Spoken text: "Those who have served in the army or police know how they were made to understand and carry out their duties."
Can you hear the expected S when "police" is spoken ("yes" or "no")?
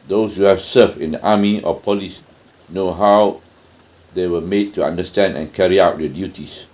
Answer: yes